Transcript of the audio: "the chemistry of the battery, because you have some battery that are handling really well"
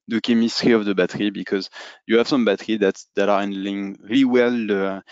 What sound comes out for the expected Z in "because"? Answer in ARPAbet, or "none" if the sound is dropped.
Z